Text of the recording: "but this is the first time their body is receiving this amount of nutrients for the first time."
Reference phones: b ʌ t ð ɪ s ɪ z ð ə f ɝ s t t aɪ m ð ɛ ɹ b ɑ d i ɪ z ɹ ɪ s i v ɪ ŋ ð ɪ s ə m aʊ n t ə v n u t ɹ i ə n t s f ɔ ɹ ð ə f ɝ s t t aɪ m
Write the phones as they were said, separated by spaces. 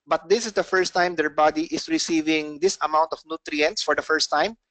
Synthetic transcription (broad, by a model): b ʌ t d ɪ s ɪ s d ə f ɝ s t t aɪ m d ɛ ɹ b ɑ d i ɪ s ɹ ɪ s i v ɪ ŋ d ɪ s ə m aʊ n t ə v n u t ɹ i ə n t s f ɔ ɹ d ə f ɝ s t t aɪ m